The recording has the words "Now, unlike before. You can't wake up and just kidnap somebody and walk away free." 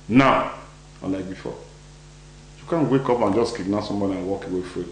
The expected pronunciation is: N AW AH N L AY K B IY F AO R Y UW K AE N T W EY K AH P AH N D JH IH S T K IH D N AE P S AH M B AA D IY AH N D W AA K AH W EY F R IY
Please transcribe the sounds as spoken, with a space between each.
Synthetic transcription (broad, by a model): N AW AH L AY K B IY F AO Y UW K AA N W EY K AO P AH N JH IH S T K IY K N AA S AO M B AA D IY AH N W AA K AH W EY F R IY